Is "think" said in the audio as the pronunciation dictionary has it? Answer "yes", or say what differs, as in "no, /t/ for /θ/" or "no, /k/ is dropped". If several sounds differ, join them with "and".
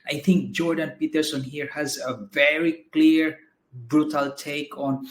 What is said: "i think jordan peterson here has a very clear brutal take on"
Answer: no, /t/ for /θ/